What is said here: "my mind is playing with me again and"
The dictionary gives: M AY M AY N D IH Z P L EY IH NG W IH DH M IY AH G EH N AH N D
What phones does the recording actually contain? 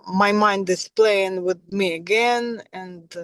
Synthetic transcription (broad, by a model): M AY M AY N D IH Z P L EY IH NG W IH DH M IY AH G EH N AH N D